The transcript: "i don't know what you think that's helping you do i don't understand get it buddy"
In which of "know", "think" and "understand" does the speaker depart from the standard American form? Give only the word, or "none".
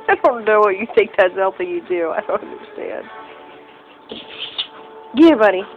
think